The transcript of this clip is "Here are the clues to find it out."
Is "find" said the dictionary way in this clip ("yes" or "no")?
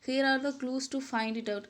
yes